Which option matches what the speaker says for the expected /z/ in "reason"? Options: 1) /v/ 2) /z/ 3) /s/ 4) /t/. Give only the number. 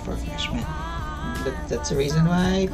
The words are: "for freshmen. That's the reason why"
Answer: 2